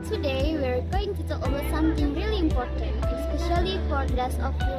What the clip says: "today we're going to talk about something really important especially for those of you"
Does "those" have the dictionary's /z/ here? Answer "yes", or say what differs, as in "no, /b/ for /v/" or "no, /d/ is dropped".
no, /s/ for /z/